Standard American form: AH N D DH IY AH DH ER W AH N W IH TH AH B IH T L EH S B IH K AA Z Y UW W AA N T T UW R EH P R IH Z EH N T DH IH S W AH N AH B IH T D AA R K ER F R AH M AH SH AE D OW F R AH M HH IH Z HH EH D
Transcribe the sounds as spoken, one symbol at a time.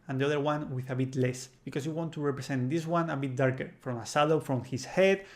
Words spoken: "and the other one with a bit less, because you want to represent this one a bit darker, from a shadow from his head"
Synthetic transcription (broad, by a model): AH N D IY AH DH ER W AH N W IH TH AH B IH T L EH S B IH K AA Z Y UW W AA N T T UW R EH P R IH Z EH N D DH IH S W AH N AH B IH T D AA R K ER F R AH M AH S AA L OW F R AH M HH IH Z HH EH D